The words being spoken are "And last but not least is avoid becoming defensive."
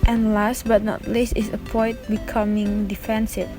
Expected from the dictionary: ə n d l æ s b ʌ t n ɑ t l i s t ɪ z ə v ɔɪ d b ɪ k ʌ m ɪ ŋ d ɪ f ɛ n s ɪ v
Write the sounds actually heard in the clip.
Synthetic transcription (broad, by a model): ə n l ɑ s b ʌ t n ɑ t l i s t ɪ s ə p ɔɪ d b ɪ k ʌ m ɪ ŋ d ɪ f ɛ n s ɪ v